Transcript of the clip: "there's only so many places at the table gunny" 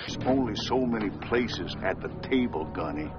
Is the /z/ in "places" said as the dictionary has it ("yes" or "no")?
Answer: yes